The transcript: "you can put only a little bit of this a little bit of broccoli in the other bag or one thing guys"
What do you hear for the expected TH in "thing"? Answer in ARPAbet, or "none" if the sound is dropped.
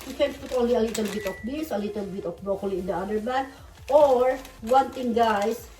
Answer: T